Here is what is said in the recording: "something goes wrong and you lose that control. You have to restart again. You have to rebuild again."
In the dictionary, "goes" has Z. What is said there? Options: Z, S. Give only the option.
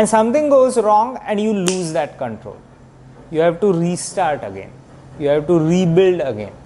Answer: Z